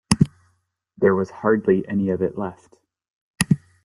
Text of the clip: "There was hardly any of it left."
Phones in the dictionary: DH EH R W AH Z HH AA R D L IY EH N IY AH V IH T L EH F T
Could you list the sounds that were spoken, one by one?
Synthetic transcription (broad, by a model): DH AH R W AH Z HH AA R D L IY EH N IY AH V IH T L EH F T